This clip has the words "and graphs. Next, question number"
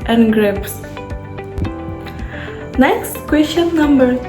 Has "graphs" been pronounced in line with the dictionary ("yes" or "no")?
no